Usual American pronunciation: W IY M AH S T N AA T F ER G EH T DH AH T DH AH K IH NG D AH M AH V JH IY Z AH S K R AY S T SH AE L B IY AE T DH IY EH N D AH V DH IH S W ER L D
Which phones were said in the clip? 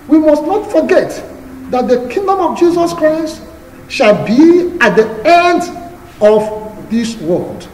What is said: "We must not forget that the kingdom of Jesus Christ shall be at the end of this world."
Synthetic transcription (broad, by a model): W IY M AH S T N AA T F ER G EH T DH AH T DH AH K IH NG D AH M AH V JH IY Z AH S K R AY S T SH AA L B IY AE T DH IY EH N D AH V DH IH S W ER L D